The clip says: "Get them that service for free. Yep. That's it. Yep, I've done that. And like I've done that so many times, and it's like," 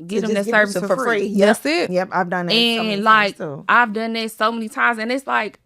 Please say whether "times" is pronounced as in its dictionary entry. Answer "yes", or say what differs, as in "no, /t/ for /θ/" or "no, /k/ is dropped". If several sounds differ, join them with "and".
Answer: yes